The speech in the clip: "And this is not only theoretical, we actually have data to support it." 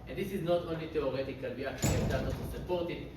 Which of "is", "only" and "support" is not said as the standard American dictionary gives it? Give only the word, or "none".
none